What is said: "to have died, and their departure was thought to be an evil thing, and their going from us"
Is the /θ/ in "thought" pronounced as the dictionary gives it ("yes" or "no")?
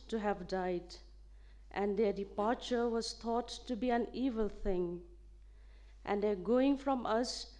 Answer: no